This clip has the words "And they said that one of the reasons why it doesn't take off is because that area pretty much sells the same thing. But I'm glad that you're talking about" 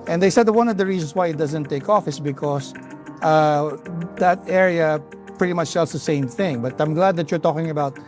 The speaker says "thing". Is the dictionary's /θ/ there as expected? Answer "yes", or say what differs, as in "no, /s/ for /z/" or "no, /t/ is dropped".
yes